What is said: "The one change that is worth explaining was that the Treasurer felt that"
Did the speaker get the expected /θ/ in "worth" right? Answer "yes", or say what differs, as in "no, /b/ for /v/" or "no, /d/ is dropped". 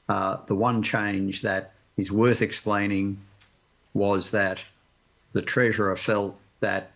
yes